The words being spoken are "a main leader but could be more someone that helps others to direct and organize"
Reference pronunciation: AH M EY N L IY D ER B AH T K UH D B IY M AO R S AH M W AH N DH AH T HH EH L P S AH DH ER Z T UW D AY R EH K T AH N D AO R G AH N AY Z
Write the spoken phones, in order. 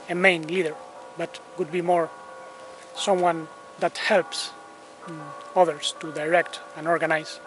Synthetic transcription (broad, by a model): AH M EY N L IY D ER B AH T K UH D B IY M AO R S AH M W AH N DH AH T HH EH L P S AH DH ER S T UW D AY R EH K T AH N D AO R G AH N AY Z